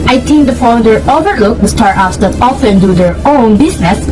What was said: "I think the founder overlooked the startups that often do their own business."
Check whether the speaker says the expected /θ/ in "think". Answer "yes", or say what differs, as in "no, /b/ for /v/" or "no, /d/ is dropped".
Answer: no, /t/ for /θ/